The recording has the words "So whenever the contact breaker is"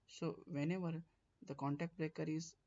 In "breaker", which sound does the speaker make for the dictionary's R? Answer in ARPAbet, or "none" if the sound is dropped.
R